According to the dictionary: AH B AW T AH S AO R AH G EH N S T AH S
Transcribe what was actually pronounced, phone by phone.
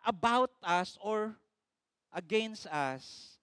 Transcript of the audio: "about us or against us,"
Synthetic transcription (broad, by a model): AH B AW T AH S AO R AH G EH N S T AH S